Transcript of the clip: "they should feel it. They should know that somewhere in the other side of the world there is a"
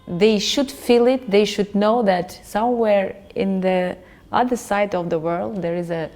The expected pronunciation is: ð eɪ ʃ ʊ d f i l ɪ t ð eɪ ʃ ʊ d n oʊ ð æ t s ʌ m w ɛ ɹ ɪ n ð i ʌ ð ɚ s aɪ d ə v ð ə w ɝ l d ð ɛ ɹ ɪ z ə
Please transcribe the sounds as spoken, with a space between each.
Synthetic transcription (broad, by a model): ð eɪ ʃ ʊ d f i l ɪ t ð eɪ ʃ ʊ d n oʊ ð æ t s ʌ m w ɛ ɹ ɪ n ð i ʌ ð ɚ s aɪ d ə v ð ə w ɝ l d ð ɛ ɹ ɪ z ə